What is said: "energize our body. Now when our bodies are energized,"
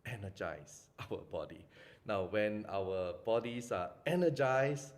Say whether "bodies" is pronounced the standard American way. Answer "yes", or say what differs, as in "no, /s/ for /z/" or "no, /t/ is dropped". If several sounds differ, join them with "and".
no, /s/ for /z/